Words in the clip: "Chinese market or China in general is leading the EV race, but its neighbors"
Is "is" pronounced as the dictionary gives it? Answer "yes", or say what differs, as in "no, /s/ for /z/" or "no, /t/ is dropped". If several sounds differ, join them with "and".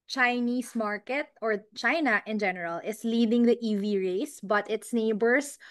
no, /s/ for /z/